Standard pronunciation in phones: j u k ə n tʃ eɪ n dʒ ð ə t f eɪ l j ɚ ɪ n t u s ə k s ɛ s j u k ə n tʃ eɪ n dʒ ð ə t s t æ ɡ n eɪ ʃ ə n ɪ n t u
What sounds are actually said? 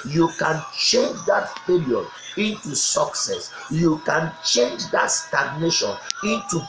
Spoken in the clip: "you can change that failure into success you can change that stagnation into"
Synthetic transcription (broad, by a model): j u k ə n tʃ eɪ n dʒ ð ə t p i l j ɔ ɪ n t u s ə k s ɛ s j u k ə n tʃ eɪ n dʒ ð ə t s t æ ɡ n eɪ ʃ ə n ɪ n t u